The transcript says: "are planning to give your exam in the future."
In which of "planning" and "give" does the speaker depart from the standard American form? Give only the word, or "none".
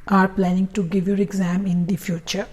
none